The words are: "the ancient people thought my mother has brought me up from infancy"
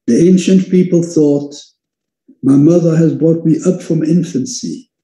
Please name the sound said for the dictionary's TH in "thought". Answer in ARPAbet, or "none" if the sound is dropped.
TH